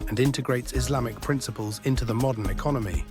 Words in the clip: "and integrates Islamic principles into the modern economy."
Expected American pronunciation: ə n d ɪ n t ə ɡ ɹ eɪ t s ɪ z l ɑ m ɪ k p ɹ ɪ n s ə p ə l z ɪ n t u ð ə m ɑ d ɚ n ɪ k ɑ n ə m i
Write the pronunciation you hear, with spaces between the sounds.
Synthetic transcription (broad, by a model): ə n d ɪ n t ə ɡ ɹ eɪ t s ɪ z l ɑ m ɪ k p ɹ ɪ n s ə p ə l z ɪ n t u ð ə m ɑ d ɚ n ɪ k ɑ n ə m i